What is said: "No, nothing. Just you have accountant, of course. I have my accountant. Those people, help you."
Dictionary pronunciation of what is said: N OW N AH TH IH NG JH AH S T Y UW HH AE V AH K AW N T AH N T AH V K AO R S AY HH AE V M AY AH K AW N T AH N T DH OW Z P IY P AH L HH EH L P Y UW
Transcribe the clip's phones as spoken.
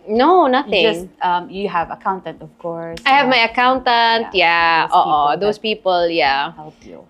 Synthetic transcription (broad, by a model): N OW N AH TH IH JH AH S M Y UW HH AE V AH K AW N T AH N T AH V K AO R S AY HH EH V M AY AH K AW N T AH N T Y OW S P IY P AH L HH EH L P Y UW